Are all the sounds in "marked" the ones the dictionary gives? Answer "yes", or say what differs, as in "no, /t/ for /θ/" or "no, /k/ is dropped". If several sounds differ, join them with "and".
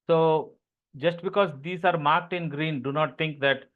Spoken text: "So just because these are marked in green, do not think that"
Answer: yes